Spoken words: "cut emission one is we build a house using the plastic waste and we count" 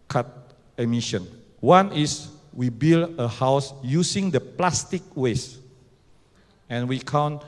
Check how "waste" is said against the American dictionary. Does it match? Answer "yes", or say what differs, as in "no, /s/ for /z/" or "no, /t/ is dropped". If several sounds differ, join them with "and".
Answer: no, /t/ is dropped